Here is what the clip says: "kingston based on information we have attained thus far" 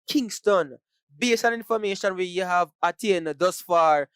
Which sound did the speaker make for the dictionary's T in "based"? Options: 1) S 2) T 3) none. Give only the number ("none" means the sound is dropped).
3